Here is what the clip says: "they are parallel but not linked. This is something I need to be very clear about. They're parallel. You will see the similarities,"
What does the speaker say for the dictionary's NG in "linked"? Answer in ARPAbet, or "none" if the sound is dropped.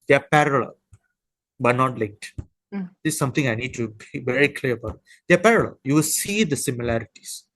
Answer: none